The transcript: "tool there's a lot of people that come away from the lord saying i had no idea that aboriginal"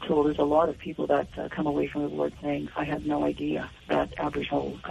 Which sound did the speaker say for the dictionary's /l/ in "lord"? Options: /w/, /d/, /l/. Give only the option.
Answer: /w/